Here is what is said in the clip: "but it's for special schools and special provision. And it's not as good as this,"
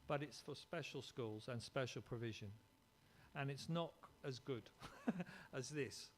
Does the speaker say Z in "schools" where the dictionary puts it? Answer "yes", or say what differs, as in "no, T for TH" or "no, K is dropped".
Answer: yes